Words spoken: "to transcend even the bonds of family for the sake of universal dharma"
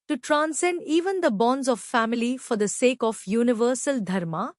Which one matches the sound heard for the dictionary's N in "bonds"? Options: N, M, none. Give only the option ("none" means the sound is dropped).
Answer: N